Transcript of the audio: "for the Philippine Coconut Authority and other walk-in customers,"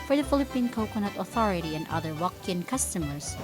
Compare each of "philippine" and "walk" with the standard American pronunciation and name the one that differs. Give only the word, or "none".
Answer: none